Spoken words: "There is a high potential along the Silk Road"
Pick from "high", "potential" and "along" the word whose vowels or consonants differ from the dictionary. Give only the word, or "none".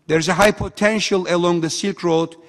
none